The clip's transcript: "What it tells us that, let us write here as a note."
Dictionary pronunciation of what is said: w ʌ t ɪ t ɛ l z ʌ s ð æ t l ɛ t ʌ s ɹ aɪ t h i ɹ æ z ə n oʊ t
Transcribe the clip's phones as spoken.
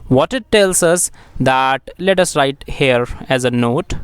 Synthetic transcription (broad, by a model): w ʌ t ɪ t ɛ l s ʌ s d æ t l ɛ t ʌ s ɹ aɪ t h i ɹ æ z ə n oʊ t